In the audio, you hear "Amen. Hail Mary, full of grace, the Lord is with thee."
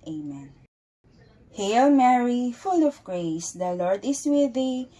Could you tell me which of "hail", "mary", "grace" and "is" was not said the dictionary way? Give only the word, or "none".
is